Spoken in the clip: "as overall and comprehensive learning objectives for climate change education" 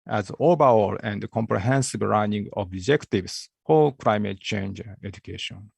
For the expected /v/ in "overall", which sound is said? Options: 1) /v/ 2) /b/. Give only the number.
2